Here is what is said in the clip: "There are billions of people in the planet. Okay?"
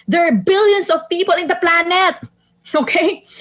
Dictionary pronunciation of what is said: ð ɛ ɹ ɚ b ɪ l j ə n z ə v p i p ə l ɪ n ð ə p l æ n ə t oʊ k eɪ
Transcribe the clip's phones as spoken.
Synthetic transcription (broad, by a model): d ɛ ɹ b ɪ l j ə n s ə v p i p ə l ɪ n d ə p l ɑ n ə t oʊ k eɪ